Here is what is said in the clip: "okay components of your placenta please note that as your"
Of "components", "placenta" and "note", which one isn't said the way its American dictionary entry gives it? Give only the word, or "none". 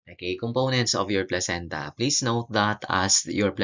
none